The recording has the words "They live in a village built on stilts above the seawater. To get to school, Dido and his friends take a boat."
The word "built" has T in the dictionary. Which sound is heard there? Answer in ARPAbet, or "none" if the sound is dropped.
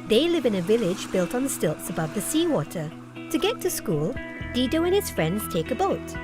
T